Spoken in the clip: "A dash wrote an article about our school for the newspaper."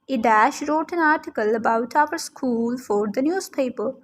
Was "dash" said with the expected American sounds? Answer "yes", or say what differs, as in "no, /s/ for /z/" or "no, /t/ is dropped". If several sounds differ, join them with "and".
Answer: yes